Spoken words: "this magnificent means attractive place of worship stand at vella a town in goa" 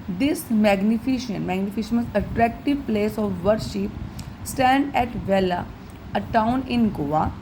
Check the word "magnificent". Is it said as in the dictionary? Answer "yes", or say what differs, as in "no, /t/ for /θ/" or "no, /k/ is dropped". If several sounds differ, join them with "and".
no, /ʃ/ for /s/